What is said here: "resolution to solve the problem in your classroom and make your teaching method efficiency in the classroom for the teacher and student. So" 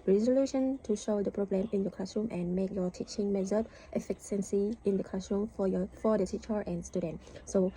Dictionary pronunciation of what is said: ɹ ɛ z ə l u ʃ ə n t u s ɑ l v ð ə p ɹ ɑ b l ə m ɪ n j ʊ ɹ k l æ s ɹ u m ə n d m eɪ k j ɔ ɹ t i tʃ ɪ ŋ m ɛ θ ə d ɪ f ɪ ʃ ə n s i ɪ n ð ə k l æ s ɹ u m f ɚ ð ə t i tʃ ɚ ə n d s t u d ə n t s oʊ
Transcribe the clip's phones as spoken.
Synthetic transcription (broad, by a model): ɹ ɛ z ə l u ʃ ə n t u ʃ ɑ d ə p ɹ ɑ b l ə m ɪ n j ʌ k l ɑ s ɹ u m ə n m eɪ k j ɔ t i tʃ ɪ ŋ m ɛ t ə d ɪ f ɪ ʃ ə n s i ɪ n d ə k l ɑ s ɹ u m f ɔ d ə t i tʃ ɚ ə n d s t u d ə n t s oʊ